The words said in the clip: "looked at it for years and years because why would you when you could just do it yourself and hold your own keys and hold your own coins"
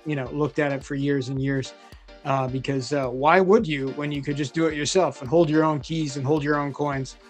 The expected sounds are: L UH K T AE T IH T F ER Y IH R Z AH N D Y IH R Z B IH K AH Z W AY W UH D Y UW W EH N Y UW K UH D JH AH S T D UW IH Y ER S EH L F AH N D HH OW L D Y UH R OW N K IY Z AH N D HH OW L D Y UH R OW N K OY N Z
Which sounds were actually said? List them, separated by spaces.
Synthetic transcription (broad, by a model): L UH K T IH T IH T F ER Y IH R Z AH N Y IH R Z B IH K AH Z W AY W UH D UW W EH N Y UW K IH D JH AH S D IH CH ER S EH L F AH N HH OW L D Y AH R OW N K IY Z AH N HH OW L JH Y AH R OW N K OY N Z